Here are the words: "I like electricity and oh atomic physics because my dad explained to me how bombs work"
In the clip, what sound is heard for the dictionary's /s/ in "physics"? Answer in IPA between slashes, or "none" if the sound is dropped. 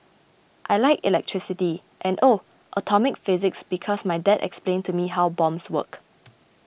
/s/